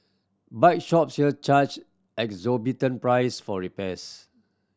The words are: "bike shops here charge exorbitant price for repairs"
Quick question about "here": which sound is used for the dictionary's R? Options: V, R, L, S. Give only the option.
L